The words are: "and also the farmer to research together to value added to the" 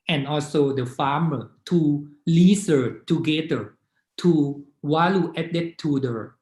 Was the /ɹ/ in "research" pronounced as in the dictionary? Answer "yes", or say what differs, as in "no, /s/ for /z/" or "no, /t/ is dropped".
no, /l/ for /ɹ/